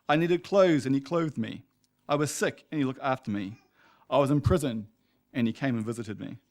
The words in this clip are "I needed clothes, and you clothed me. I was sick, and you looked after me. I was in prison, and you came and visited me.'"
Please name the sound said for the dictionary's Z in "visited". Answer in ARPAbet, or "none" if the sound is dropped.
Z